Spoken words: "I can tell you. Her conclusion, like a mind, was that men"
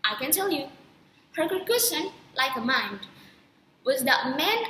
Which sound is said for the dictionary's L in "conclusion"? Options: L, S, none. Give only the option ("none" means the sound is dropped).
none